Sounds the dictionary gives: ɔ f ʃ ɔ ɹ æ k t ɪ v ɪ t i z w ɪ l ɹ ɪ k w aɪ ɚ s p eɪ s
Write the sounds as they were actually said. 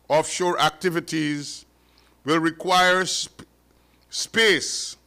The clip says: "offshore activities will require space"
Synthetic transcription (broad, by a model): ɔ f ʃ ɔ ɹ æ k t ɪ v ɪ t i z w ɪ l ɹ ɪ k w aɪ ɚ s p eɪ s